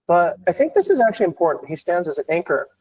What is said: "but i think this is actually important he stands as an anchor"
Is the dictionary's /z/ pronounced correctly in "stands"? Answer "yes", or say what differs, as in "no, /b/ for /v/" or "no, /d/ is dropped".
yes